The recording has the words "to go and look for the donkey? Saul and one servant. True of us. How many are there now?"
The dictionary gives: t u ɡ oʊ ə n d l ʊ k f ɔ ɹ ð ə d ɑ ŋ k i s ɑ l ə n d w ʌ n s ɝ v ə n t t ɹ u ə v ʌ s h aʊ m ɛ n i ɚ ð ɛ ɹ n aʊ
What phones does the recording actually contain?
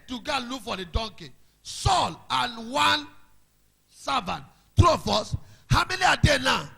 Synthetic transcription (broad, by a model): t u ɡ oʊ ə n l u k f ɔ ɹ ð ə d ɑ ŋ k i s ɑ l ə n w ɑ n s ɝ v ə n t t ɹ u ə f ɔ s h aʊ m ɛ l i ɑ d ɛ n aʊ